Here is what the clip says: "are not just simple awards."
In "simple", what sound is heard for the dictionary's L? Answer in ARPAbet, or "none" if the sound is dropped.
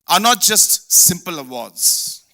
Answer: L